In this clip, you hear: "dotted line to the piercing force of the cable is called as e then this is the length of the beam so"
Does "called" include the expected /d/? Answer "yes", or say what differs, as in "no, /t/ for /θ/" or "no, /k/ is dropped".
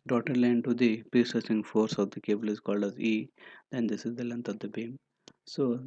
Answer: yes